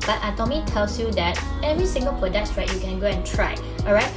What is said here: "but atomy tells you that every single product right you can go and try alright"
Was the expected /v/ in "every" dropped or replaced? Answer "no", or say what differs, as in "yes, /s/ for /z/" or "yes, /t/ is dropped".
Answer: no